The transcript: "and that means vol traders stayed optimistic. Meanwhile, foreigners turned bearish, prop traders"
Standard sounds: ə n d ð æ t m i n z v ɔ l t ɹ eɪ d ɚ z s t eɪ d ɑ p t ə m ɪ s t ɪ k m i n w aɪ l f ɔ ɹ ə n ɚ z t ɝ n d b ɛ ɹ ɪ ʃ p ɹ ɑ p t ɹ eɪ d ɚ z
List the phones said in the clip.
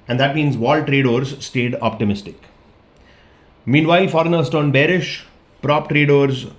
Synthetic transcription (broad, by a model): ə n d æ t m i n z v ɔ l t ɹ eɪ d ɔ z s t eɪ d ɑ p t ə m ɪ s t ɪ k m i n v aɪ l f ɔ ɹ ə n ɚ s t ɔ n b ɛ ɹ ɪ ʃ p ɹ ɑ p t ɹ eɪ d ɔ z